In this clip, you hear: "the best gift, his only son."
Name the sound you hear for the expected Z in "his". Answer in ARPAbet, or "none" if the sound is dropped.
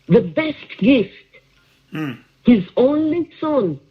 Z